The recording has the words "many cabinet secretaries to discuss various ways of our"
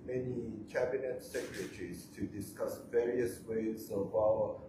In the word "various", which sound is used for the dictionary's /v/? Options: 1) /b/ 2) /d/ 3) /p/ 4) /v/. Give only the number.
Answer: 4